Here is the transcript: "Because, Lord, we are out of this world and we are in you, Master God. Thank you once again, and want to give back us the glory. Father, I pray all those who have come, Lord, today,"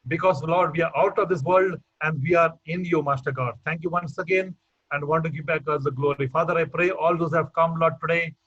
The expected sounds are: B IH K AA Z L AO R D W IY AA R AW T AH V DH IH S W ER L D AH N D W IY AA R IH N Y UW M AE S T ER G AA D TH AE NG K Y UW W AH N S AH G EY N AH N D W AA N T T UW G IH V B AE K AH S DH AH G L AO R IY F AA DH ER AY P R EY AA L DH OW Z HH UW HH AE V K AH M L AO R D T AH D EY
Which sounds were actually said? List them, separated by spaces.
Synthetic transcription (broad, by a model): B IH K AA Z L AO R D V IY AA R AW T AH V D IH S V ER L D AH N D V IY AA R IH N Y UW M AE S T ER G AA D T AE NG K Y UW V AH N S AH G EY N AH N D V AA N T T UW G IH P B AE K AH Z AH G L AO R IY F AA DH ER AY P R EY AA L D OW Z HH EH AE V K AH M L AO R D T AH D EY